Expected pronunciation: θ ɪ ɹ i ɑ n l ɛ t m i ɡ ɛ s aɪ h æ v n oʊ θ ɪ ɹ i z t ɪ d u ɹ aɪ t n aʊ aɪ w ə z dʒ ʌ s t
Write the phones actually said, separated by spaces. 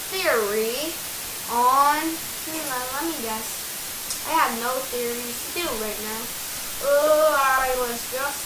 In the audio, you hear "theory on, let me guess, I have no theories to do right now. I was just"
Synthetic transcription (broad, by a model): θ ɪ ɹ i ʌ n l ɛ t m i ɡ ɛ s aɪ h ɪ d n oʊ θ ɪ ɹ i t ɪ d u ɹ aɪ t n aʊ aɪ w ə z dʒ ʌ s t